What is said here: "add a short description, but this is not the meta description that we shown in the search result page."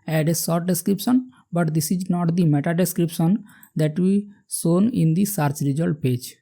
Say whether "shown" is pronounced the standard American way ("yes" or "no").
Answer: no